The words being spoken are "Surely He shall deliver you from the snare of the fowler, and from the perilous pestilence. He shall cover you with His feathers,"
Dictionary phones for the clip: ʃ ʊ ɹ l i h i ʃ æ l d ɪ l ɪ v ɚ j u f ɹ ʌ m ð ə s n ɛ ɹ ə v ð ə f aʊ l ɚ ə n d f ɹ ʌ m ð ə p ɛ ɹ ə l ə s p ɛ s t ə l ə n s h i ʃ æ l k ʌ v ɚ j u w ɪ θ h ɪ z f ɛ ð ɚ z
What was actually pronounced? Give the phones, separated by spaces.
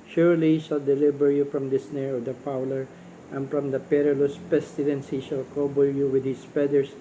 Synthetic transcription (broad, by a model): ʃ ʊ ɹ l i h i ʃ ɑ l d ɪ l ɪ b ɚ j u f ɹ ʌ m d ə s n ɛ ɹ ə v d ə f aʊ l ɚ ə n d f ɹ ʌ m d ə p ɛ ɹ ə l ə s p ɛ s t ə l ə n s h i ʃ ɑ l k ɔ b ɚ j u w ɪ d h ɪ s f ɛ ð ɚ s